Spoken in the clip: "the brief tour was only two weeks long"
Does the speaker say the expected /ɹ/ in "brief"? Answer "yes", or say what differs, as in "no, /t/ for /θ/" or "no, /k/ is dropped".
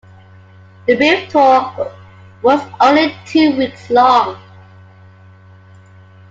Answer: no, /ɹ/ is dropped